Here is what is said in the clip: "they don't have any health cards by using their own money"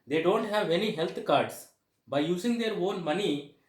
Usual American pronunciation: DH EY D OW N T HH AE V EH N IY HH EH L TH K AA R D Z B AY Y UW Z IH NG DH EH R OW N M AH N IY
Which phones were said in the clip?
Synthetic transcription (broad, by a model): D EY D OW N T HH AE V EH N IY HH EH L T K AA R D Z B AY Y UW Z IH NG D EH R OW N M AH N IY